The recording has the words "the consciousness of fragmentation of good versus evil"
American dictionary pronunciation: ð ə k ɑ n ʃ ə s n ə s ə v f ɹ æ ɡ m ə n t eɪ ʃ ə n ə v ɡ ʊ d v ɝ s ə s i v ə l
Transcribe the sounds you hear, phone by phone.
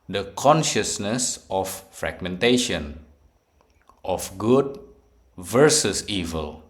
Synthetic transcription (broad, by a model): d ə k ɑ n ʃ ə s n ə s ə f ɹ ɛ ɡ m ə n t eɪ ʃ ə n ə f ɡ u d v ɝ s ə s i v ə l